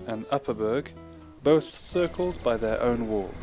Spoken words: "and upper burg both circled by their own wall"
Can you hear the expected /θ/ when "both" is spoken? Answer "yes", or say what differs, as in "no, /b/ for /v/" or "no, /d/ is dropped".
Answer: yes